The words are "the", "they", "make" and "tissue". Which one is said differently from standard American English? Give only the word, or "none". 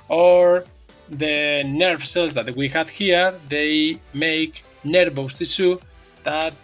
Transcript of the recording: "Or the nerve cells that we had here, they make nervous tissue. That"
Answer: tissue